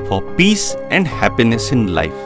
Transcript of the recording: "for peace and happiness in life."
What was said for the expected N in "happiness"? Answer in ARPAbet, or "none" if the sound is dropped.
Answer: N